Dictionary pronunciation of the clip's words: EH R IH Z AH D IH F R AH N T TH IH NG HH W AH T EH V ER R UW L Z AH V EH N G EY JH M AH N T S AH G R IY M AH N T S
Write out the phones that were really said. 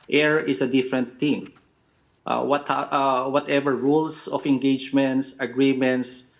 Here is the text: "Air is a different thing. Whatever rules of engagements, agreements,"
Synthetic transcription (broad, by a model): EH R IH S AH D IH F R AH N T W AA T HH W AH T EH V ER R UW L S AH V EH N G EY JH M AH N T S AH G R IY M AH N T S